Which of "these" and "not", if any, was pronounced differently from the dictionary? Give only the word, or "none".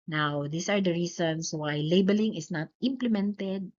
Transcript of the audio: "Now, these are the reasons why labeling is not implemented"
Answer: these